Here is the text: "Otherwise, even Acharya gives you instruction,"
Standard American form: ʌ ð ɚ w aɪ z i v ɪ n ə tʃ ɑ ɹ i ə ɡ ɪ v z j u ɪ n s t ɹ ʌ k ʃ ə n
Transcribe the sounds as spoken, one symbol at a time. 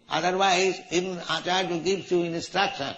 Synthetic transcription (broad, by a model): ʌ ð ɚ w aɪ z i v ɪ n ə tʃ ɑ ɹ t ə ɡ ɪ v j u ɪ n s t ɹ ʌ k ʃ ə n